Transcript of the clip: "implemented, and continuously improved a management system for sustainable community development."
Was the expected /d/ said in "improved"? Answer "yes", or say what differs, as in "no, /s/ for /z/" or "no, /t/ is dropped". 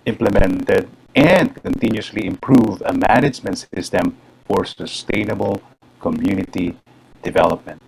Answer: no, /d/ is dropped